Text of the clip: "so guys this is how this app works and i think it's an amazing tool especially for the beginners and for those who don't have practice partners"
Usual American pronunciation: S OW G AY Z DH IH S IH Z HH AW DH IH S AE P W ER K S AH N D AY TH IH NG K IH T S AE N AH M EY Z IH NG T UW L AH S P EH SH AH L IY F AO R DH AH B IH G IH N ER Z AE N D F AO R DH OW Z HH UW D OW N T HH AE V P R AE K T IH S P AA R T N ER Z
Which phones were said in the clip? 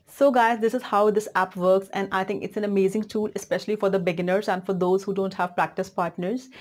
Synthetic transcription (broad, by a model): S OW G AY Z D IH S IH Z HH AW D IH S AE P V ER K S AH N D AY T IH NG K IH T S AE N AH M EY Z IH NG T UW L AH S P EH SH AH L IY F AO R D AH B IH G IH N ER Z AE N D F AO R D OW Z HH UW D OW N T HH AE V P R AE K T IH S P AA R T N ER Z